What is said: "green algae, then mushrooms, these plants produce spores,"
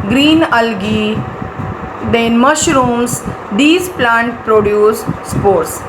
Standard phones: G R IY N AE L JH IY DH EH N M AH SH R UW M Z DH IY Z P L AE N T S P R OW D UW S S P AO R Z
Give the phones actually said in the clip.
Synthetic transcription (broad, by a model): G R IY N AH L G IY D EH N M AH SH R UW M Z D IY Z P L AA N T P R OW D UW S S P AO R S